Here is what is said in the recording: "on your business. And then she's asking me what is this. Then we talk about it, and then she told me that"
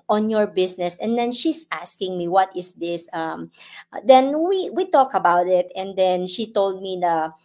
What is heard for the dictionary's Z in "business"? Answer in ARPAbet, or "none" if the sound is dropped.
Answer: S